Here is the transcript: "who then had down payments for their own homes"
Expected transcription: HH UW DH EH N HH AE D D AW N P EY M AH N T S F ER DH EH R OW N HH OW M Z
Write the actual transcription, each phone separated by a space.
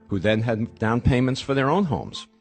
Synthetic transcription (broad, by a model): HH UW DH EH N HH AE D D AW N P EY M AH N T S F ER DH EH R OW N HH OW M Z